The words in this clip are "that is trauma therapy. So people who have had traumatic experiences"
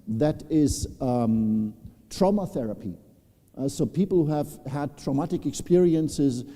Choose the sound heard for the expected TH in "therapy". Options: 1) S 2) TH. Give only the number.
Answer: 2